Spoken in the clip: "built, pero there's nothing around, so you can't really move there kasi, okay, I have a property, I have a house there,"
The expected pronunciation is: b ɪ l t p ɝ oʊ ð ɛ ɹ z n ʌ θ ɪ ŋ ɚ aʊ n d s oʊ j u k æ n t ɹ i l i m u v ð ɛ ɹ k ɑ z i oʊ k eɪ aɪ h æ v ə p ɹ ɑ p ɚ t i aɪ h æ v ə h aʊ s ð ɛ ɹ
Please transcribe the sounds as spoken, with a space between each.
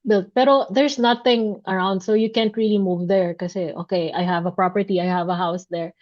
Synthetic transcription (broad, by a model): b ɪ l t p ɝ oʊ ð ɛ ɹ s n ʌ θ ɪ ŋ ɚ aʊ n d s oʊ j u k æ n t ɹ i l i m u v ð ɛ ɹ k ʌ s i oʊ k eɪ aɪ h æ v ə p ɹ ɑ p ɚ t i aɪ h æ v ə h aʊ s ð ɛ ɹ